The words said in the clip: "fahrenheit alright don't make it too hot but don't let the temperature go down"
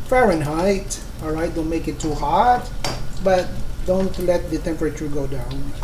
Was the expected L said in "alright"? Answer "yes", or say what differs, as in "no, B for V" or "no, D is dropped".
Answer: yes